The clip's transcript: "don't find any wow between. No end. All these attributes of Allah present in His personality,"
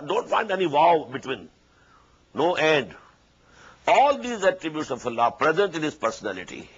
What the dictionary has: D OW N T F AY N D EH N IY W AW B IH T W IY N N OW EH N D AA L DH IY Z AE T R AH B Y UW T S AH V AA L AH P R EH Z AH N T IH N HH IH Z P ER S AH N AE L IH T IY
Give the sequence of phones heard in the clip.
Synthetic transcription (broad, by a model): D OW N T F AY N D EH N IY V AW B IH T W IY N N OW EH N D AA L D IY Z AE T R AH B Y UW T S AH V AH L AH P R EH Z AH N T IH N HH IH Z P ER S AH N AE L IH T IY